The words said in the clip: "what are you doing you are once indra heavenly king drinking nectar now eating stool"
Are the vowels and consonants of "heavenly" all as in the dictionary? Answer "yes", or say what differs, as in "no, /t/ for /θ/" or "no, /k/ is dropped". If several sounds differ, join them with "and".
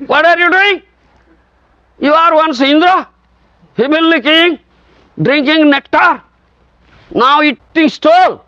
no, /b/ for /v/ and /n/ is dropped